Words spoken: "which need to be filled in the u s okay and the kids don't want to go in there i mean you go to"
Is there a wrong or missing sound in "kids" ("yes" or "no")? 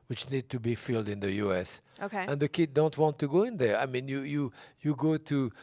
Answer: yes